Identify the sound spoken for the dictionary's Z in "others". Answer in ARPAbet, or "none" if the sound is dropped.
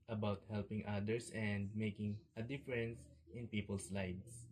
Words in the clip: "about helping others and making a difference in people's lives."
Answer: S